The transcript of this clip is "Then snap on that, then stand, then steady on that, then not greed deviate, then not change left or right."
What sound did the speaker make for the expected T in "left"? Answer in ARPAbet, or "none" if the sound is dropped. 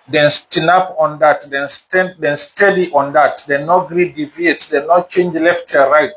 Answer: T